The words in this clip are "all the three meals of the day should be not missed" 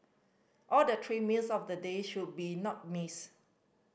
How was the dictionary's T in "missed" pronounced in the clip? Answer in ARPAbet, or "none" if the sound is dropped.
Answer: none